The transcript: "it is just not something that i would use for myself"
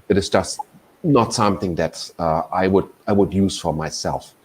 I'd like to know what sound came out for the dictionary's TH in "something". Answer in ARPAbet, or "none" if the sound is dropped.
TH